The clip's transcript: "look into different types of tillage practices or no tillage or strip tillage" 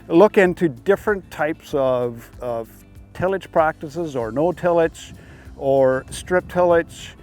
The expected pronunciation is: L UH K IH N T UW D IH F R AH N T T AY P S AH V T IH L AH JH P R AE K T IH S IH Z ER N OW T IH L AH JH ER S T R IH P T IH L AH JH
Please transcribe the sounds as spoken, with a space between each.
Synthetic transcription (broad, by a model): L UH K IH N T UW D IH F R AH N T T AY P S AH V T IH L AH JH P R AE K T IH S IH Z ER N OW T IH L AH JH ER S T R IH P T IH L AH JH